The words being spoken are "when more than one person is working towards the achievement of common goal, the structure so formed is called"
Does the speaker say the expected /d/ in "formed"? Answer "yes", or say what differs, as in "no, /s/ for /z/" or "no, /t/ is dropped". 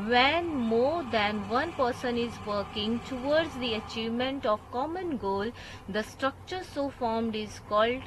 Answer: yes